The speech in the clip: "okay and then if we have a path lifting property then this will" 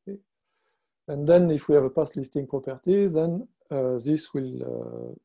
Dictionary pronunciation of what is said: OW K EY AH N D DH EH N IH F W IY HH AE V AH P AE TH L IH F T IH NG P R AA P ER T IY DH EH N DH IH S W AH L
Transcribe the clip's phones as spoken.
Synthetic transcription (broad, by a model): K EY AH N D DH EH N IH F W IY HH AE V AH P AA S L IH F T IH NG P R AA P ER T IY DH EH N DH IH S W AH L